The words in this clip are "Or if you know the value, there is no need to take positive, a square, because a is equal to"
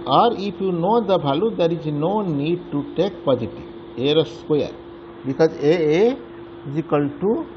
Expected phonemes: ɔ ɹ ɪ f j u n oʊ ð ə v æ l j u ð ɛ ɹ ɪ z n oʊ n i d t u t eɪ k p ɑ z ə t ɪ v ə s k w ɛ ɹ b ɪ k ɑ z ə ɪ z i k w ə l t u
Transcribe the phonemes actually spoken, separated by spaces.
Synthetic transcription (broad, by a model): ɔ ɹ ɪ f j u n oʊ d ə b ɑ l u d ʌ ɹ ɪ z n oʊ n i d t u t eɪ k p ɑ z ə t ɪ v ə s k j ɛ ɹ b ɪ k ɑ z ə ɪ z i k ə l t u